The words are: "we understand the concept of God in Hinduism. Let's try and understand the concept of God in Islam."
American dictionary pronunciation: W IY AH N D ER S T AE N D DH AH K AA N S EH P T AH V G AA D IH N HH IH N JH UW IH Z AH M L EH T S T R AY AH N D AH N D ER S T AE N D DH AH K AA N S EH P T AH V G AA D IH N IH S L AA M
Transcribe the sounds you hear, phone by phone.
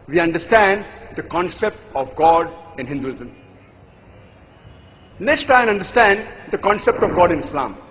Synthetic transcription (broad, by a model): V IY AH N D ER S T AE N D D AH K AA N S EH P T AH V G AA D IH N HH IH N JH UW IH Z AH M N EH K S T AY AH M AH N D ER S T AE N D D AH K AA N S EH P T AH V G AA D IH N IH S L AA M